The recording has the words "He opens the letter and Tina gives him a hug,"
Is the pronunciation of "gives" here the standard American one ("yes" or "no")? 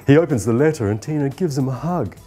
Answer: yes